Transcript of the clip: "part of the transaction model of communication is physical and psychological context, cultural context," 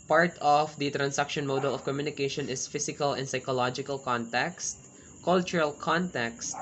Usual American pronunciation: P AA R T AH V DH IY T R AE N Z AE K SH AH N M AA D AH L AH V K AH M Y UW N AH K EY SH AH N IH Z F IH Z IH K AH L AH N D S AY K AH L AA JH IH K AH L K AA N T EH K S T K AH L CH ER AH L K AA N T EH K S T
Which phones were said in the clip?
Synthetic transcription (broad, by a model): P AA R T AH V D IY T R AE N S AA K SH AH N M AA D AH L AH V K AH M Y UW N AH K EY SH AH N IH S F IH S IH K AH L AH N D S AY K AH L AA JH IH K AH L K AA N T EH K S T K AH L CH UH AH L K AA N T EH K S T